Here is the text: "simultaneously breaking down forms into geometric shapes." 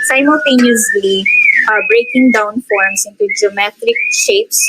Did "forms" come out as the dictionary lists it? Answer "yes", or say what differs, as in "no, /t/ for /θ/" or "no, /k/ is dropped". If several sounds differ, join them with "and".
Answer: no, /s/ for /z/